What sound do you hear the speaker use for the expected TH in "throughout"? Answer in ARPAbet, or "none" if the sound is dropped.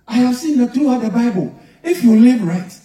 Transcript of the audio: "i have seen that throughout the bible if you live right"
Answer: T